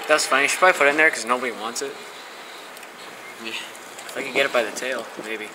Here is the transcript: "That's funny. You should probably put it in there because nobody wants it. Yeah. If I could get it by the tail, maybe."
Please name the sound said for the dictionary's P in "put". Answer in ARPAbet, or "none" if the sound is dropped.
F